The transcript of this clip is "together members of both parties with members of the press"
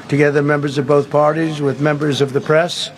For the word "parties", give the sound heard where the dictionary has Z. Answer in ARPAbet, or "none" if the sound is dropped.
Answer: Z